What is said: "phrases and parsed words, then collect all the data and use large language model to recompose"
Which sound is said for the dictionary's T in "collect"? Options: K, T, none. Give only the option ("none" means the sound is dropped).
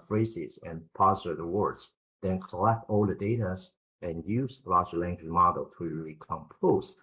T